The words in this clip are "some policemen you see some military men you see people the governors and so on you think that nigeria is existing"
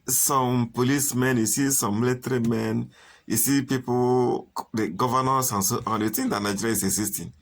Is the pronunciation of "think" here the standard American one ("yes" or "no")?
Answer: no